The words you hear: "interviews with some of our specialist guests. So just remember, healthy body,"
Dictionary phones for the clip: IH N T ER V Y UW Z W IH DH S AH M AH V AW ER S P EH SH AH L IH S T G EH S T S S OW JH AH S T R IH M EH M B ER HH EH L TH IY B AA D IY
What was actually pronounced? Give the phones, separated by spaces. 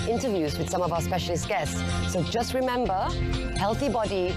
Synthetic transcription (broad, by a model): IH N T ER V Y UW Z W IH DH S AH M AH V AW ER S P EH SH AH L IH S T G EH S T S S OW JH AH S T R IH M EH M B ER HH EH L TH IY B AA D IY